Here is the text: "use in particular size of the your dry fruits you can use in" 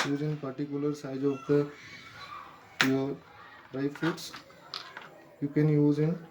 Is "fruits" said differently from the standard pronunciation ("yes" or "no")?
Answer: yes